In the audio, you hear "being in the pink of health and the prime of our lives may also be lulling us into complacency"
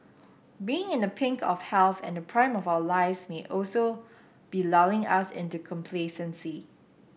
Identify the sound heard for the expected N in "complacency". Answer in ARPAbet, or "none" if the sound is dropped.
N